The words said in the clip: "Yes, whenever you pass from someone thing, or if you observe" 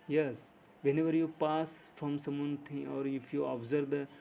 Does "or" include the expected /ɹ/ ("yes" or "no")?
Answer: yes